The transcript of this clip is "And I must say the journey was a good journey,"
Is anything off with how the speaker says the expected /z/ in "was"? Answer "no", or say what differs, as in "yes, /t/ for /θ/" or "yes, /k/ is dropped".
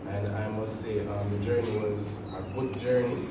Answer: no